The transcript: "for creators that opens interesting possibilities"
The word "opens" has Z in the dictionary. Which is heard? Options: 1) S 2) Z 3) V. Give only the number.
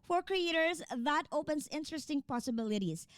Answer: 1